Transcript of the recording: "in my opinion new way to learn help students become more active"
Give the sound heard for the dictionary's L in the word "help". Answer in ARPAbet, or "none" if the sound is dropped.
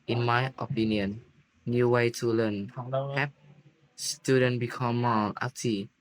none